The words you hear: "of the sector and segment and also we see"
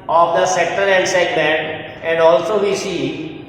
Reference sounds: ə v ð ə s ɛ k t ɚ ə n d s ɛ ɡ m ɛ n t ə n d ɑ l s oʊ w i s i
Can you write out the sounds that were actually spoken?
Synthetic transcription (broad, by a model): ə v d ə s ɛ k t ɚ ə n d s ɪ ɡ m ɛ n ə n d ɑ l s oʊ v i s i